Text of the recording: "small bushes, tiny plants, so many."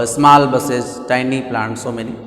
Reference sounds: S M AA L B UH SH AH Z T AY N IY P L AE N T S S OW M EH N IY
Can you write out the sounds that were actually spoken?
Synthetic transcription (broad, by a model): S M AA L B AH S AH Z T AY N IY P L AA N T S S OW M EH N IY